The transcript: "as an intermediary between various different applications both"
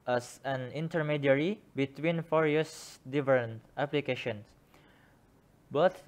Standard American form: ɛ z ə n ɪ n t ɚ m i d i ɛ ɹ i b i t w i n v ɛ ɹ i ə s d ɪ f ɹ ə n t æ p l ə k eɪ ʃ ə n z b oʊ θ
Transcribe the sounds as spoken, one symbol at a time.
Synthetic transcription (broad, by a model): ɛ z ə n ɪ n t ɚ m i d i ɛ ɹ i b i t w i n f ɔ ɹ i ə s d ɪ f ɹ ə n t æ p l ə k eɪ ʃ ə n s b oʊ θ